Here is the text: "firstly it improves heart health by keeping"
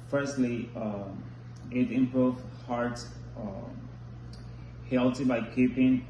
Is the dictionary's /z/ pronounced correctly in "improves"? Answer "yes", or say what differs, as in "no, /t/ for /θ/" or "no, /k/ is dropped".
no, /z/ is dropped